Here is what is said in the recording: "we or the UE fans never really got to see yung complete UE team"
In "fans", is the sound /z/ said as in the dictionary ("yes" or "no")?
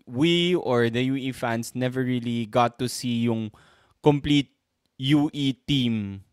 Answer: no